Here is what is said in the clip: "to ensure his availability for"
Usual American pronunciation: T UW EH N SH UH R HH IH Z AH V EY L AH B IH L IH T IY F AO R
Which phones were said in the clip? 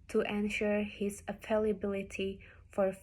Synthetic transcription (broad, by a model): T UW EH N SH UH R HH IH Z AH F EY L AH B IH L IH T IY F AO R